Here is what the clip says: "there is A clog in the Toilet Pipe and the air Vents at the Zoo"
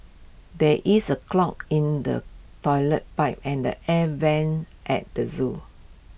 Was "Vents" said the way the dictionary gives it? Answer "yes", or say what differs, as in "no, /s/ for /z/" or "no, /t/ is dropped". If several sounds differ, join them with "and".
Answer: no, /s/ is dropped